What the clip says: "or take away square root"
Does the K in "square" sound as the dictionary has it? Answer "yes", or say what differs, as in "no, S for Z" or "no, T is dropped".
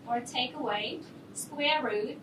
yes